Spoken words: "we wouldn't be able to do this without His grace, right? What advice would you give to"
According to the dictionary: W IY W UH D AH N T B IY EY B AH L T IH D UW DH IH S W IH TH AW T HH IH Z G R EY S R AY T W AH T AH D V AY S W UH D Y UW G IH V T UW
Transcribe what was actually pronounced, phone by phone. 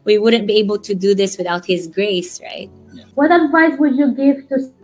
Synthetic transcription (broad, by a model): W IY W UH D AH N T B IY EY B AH L T IH D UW DH IH S W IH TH AW T HH IH Z G R EY S R AY T W AH T AH D V AY S W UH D Y UW G IH V T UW